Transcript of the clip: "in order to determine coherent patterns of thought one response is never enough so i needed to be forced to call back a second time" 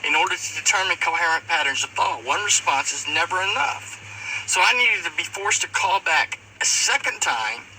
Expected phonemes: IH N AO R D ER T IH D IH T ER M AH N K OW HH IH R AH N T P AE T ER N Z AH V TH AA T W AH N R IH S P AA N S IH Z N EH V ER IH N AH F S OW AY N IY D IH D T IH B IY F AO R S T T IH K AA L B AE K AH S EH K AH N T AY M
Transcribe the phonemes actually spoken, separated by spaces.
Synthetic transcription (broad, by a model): IH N AO R D ER T IH D IH T ER M AH N K OW HH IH R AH N P AE T ER N Z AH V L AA W AH N R IH S P AA N S IH Z N EH V ER IH N AH F S OW AY N IY D IH D T IH B IY F AO R S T T IH K AA L B AE K AH S EH K AH N T AY M